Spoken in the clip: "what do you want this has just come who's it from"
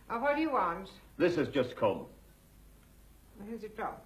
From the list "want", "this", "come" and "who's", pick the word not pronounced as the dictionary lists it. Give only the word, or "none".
none